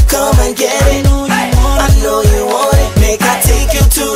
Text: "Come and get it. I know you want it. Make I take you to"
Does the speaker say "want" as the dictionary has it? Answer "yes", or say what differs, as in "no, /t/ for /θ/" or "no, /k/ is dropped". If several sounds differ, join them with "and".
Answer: no, /t/ is dropped